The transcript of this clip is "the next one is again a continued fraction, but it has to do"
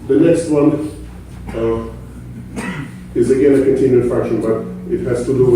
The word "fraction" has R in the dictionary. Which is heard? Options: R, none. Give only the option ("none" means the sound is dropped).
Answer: R